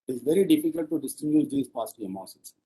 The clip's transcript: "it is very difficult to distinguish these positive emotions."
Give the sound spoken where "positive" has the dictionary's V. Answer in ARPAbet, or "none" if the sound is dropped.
none